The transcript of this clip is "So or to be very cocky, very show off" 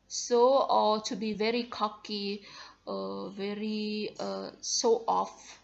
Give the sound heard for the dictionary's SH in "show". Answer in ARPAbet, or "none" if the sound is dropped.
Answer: S